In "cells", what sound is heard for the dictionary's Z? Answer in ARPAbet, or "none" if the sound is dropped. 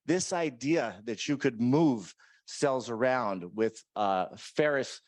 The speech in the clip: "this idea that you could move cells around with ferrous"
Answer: Z